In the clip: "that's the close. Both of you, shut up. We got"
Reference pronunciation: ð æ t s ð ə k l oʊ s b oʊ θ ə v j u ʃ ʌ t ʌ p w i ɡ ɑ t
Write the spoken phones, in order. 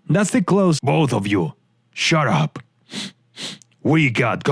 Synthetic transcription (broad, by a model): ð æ t s ð ə k l oʊ s b oʊ θ ə v j u ʃ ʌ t ʌ p w i ɡ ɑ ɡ